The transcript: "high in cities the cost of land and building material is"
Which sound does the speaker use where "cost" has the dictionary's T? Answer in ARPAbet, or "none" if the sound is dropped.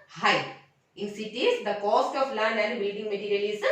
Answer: T